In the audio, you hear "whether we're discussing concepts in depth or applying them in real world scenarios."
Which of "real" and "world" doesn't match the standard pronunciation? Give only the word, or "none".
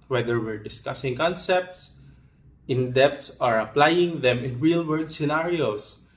world